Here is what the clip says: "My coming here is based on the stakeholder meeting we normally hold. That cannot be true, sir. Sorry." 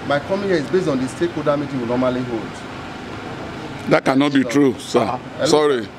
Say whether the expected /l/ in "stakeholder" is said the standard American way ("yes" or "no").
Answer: no